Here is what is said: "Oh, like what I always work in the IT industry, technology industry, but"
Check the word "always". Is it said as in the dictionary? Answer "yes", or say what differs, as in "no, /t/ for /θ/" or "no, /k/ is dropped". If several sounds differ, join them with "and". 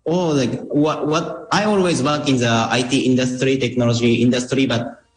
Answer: yes